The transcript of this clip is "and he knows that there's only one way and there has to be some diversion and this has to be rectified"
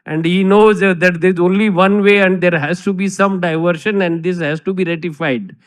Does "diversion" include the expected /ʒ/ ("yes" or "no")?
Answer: no